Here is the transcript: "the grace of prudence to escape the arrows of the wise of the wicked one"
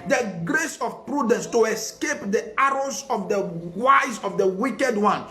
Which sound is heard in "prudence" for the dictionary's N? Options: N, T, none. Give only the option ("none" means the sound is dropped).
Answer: N